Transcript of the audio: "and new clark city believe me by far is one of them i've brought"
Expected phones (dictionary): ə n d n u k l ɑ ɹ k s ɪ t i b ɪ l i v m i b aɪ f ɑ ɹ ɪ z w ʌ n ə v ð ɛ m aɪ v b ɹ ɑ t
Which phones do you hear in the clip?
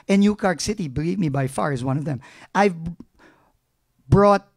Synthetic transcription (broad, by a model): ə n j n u k ɑ ɹ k s ɪ t i b ɪ l i v m i b aɪ f ɑ ɹ ɪ z w ʌ n ə v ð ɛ m aɪ v b ɹ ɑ t